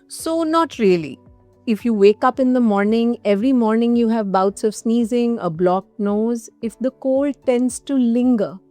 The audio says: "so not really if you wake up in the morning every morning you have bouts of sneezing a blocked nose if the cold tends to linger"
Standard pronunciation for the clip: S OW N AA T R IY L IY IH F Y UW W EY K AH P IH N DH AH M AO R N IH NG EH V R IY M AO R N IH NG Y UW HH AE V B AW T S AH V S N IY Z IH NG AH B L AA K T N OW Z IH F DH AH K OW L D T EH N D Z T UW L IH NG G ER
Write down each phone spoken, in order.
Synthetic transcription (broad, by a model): S OW N AA T R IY L IY IH F Y UW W EY K AH P IH N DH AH M AO R N IH NG EH V R IY M AO R N IH NG Y UW HH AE V B AW T S AH V S N IY Z IH NG AH B L AA K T N OW Z IH F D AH K OW L T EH N D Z T UW L IH NG G ER